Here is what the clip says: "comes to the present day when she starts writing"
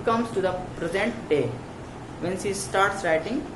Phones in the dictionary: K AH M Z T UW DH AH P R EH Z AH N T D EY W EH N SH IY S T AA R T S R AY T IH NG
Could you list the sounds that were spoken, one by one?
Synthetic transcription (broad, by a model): K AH M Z T UW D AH P R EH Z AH N T D EY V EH N S IY S T AA R T S R AY T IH NG